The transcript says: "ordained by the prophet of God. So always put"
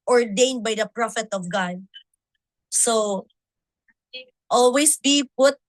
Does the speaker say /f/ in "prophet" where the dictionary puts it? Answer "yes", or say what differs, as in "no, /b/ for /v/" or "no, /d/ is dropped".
yes